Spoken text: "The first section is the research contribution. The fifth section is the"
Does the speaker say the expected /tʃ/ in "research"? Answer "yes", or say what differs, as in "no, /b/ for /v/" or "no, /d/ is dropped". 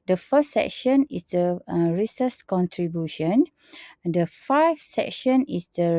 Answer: no, /s/ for /tʃ/